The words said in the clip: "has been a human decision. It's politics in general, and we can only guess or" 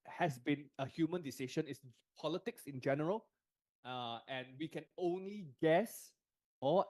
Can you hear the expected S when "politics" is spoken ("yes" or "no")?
yes